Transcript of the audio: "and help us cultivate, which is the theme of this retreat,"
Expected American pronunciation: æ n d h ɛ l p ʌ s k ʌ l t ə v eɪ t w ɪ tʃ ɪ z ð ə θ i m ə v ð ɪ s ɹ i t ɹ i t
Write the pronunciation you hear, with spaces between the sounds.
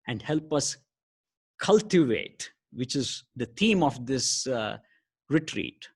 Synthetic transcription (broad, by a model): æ n d h ɛ l p ʌ s k ʌ l t ə v eɪ t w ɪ tʃ ɪ z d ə t i m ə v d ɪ s ɹ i t ɹ i t